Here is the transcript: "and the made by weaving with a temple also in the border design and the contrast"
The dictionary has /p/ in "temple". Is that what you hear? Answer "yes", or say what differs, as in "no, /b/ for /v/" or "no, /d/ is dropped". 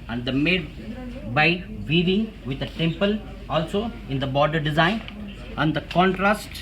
yes